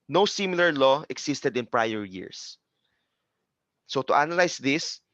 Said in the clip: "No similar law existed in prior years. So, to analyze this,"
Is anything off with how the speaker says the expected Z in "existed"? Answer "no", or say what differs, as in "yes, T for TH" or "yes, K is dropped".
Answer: yes, S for Z